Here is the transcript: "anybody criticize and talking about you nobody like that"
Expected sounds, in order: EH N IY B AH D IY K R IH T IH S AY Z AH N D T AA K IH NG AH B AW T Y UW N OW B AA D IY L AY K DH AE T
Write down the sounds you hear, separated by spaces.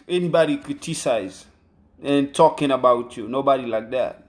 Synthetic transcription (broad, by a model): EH N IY B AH D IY K IH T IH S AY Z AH N T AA K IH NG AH B AW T Y UW N OW B AA D IY L AY K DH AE T